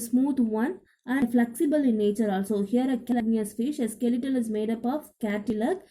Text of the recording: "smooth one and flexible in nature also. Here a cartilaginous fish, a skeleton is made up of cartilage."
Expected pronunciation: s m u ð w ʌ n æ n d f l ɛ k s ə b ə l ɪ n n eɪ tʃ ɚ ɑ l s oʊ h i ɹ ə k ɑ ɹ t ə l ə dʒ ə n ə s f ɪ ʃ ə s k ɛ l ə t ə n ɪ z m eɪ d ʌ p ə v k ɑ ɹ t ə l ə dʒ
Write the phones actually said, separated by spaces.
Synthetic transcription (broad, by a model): s m u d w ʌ n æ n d f l ɛ k s ə b ə l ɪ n n eɪ tʃ ɚ ɑ l s oʊ h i ɹ ə k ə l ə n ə ə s f ɪ ʃ ə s k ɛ l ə t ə l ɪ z m eɪ d ʌ p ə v k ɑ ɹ t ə l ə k